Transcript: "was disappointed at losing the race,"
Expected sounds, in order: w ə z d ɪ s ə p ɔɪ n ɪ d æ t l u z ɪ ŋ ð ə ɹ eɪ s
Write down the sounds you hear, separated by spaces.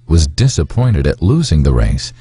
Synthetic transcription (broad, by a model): w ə z d ɪ s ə p ɔɪ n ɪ d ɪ t l u z ɪ ŋ ð ə ɹ eɪ s